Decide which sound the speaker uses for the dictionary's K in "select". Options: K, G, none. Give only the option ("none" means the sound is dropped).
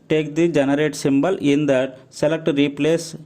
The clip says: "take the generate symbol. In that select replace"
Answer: K